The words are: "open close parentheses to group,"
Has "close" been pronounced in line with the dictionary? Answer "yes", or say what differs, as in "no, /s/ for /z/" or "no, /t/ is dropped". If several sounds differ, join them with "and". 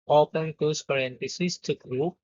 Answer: no, /l/ is dropped